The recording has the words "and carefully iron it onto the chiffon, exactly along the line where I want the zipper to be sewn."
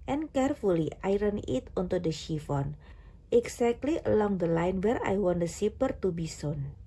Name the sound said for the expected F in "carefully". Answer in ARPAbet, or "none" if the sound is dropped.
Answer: F